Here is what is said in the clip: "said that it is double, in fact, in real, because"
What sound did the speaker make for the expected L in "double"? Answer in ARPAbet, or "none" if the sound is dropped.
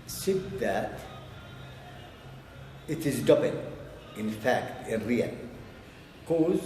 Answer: N